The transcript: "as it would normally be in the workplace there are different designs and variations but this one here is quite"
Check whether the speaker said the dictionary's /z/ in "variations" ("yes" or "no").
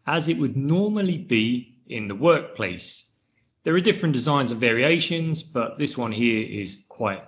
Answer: yes